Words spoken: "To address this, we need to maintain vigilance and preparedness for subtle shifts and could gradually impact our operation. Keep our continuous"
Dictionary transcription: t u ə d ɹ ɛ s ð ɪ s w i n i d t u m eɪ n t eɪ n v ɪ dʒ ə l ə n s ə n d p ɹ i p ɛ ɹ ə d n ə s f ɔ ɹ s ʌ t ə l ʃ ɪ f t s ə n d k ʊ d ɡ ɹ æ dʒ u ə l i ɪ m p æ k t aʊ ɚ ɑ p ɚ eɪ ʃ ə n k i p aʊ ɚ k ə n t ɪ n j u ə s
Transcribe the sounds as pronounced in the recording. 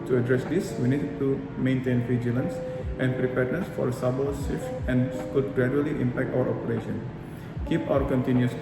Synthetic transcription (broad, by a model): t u ə d ɹ ɛ s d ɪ s w i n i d t u m eɪ n t eɪ n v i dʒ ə l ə n s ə n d p ɹ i p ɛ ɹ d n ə s f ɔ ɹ s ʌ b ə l s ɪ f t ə n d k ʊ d ɡ ɹ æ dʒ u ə l i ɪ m p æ k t aʊ ɚ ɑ p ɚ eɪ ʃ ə n k i p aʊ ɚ k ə n t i n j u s